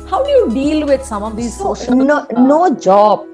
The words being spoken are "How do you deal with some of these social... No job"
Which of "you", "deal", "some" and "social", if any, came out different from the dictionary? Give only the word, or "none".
social